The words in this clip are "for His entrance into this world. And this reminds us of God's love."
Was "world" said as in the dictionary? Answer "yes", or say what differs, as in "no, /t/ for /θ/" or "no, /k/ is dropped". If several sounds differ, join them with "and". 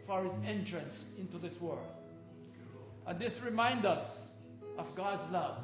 yes